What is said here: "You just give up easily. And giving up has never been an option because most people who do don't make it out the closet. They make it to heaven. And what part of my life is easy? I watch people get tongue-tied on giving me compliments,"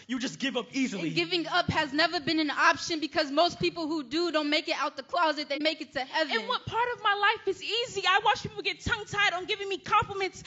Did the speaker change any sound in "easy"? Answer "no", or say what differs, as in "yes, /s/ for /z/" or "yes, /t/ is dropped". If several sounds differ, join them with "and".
no